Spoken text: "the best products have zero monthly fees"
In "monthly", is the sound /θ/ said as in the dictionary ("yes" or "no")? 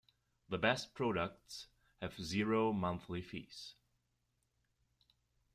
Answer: yes